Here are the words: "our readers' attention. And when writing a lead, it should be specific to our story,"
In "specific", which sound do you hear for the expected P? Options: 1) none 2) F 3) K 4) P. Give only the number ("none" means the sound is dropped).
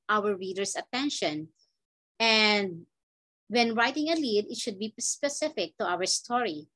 4